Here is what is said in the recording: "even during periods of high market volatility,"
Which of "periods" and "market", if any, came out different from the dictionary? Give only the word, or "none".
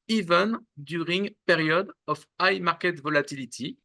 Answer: periods